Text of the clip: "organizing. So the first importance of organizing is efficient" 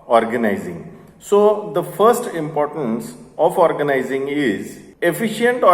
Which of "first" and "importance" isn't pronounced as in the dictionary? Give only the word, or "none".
none